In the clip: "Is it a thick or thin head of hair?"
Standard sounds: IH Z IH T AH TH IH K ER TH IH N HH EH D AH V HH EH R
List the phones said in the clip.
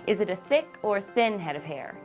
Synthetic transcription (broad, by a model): IH Z IH T AH TH IH K ER TH IH N HH EH D AH V HH EH R